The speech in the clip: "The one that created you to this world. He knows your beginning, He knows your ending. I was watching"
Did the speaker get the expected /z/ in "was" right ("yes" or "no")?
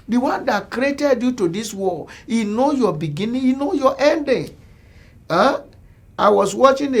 no